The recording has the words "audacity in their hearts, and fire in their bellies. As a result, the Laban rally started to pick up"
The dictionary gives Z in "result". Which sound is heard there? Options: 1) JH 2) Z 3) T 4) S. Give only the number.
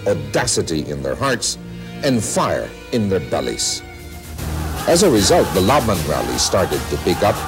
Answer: 2